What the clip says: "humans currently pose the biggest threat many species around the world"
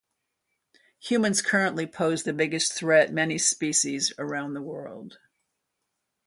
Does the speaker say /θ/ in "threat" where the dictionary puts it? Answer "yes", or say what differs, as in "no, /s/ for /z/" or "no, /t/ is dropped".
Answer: yes